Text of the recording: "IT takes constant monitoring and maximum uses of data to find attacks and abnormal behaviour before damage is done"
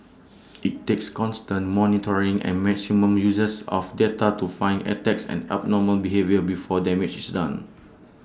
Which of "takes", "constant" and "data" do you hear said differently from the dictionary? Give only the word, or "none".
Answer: none